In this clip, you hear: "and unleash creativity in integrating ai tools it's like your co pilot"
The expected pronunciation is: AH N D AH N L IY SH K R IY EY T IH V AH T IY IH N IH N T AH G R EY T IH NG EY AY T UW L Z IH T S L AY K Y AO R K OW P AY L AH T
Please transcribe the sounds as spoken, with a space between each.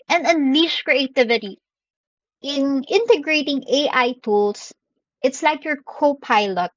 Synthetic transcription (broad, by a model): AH N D AH N L IY SH K R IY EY T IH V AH T IY IH N IH N T AH G R EY T IH NG EY AY T UW L S IH T S L AY K Y AO R K OW P AY L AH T